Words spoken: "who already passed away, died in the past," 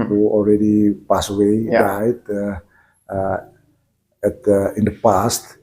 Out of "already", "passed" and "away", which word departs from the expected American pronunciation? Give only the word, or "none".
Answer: passed